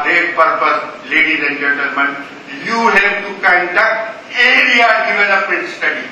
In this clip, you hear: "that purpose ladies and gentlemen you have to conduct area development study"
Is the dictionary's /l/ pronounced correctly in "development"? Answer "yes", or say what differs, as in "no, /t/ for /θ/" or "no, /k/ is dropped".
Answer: no, /n/ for /l/